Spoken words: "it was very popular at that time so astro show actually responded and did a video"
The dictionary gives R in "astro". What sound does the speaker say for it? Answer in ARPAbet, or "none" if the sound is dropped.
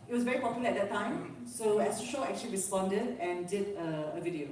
none